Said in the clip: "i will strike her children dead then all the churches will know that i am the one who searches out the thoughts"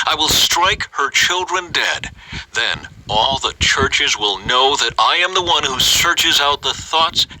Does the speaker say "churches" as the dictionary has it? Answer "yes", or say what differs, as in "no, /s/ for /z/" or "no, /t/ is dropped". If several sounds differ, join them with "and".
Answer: yes